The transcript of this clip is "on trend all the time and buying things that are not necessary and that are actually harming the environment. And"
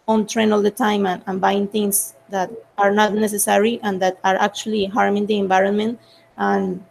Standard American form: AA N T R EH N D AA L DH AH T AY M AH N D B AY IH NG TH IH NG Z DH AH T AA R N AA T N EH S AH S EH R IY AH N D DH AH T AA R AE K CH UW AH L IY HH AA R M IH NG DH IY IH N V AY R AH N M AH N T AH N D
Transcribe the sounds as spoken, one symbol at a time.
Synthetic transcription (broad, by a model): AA N T R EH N AA L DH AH T AY M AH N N B AY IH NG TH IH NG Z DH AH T AA R N AA T N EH S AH S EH R IY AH N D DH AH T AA R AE K CH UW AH L IY HH AA R M IH NG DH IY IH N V AY R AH N M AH N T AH N